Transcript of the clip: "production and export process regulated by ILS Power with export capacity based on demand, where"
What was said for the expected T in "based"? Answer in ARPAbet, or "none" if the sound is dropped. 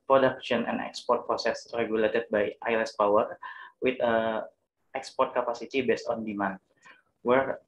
T